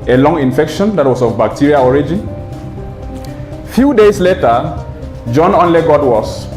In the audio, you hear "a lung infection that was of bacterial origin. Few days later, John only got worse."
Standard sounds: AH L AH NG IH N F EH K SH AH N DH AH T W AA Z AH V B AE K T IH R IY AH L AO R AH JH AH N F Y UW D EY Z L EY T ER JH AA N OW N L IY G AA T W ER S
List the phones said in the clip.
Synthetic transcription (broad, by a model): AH L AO NG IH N F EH K SH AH N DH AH T W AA S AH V B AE K T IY R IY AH AO R AH JH AH N F Y UW D EY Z L EY T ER JH AA N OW N L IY G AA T W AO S